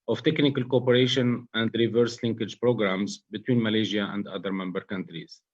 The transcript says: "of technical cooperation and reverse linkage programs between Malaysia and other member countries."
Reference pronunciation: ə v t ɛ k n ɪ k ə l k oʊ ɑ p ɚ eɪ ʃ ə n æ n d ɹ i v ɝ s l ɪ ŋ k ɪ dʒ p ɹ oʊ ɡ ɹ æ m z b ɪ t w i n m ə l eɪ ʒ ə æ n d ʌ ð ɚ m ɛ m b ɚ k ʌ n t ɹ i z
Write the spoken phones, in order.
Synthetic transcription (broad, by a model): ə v t ɛ k n ɪ k ə l k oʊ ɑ p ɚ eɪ ʃ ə n æ n d ɹ i v ɝ s l ɪ ŋ k ɪ dʒ p ɹ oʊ ɡ ɹ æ m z b ɪ t w i n m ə l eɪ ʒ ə æ n d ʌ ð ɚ m ɛ m b ɚ k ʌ n t ɹ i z